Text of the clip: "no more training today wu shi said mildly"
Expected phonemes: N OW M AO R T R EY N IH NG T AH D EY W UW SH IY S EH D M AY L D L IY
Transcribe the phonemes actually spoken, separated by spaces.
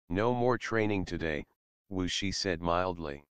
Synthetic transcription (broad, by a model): N OW M AO R T R EY N IH NG T AH D EY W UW SH IY S EH D M AY L D L IY